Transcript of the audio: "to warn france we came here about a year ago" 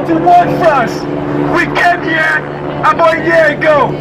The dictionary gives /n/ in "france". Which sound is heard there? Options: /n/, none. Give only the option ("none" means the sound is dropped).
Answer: none